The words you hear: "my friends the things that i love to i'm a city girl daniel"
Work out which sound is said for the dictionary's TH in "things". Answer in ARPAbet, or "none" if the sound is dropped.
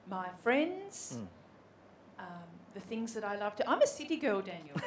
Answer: TH